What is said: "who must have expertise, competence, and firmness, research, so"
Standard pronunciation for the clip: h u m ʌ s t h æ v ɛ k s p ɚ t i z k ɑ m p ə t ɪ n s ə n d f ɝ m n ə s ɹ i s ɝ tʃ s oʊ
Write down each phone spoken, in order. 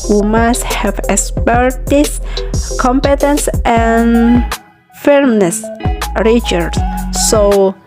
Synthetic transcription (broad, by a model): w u m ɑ s t h æ v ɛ k s p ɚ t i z k ɑ m p ə t ɪ n s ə n f ɝ m n ə s ɹ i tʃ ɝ s s oʊ